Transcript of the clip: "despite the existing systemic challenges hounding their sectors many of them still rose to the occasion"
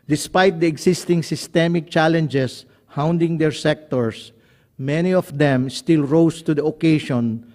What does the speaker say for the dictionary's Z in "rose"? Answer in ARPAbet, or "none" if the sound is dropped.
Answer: S